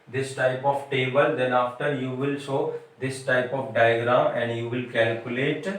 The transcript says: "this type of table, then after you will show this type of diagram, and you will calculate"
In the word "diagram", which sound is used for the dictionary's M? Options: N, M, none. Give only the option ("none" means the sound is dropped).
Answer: none